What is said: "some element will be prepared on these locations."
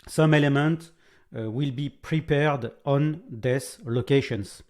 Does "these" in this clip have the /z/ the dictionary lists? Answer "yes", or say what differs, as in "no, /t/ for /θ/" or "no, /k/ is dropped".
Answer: no, /s/ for /z/